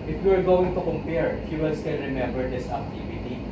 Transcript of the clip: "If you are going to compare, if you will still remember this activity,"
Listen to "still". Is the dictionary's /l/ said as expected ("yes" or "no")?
no